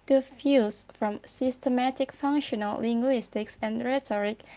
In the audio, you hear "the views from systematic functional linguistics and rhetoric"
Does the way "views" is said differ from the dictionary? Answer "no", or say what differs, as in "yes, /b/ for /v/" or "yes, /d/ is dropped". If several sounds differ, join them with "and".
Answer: yes, /f/ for /v/